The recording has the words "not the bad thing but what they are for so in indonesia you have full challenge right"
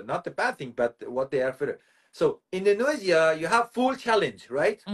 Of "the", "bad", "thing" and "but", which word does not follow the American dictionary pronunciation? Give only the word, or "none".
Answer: none